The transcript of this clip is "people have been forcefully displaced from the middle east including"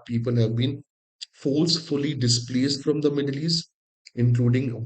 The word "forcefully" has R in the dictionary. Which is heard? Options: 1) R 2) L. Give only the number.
2